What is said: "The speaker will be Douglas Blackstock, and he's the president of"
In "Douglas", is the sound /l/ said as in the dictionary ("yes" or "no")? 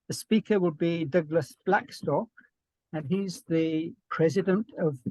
yes